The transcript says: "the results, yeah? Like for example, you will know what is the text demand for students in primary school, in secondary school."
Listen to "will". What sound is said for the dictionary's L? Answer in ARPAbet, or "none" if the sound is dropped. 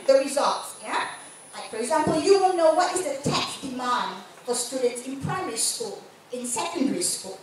N